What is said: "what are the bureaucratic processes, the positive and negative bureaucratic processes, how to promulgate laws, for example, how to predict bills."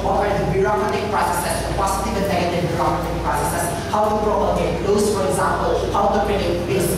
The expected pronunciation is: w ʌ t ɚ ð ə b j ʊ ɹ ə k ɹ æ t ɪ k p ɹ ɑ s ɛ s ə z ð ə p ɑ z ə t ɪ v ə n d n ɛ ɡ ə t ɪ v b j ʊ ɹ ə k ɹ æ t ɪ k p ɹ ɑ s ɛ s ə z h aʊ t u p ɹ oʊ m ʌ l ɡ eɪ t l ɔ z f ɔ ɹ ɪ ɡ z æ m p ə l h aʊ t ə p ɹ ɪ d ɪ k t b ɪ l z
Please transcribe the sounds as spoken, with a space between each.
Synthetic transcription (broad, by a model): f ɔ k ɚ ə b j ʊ ɹ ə k ɹ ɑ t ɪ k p ɹ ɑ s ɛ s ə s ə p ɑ s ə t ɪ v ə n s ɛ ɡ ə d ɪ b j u ɹ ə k ɹ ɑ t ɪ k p ɹ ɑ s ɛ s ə s h aʊ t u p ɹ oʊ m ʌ ɡ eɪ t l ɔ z f ɔ ɹ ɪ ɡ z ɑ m p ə l h aʊ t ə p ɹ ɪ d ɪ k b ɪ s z